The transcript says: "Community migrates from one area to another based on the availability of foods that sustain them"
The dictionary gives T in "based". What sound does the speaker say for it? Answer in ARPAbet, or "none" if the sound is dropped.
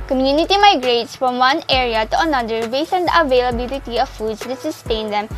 none